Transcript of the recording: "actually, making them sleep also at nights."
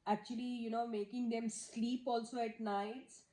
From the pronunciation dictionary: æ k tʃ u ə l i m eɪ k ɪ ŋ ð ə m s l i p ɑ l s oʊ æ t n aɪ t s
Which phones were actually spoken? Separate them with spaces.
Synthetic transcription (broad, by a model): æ k tʃ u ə l i m eɪ k ɪ ŋ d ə m s l i p ɑ l s oʊ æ t n aɪ t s